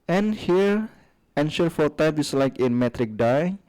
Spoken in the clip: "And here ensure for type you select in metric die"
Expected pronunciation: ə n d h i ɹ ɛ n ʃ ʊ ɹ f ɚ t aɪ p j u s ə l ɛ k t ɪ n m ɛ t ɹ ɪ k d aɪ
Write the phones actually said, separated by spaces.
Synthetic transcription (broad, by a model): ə n h i ɹ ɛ n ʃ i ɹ f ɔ t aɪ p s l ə ɪ k ɪ n m ɛ t ɹ ɪ k d aɪ